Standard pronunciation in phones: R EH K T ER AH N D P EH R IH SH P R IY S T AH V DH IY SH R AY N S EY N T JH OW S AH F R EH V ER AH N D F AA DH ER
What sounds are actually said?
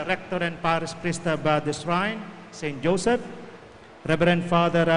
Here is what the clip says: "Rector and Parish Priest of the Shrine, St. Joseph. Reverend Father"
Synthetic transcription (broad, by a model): R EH K T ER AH N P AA R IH S P R IY S T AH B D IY S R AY N S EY N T JH OW S AH F R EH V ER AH N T F AA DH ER